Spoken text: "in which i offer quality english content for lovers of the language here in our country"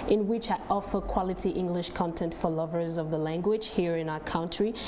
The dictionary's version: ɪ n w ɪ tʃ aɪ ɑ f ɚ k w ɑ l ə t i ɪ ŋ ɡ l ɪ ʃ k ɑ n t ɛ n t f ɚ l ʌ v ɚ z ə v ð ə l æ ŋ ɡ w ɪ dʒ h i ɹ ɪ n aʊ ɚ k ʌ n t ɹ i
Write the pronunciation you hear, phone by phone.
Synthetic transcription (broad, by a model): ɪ n w ɪ tʃ aɪ ɑ f ɚ k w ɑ l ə t i ɪ ŋ ɡ l ɪ ʃ k ɑ n t ɛ n t f ɚ l ʌ v ɚ z ə v ð ə l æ ŋ ɡ w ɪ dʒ h i ɹ ɪ n aʊ ɚ k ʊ n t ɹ i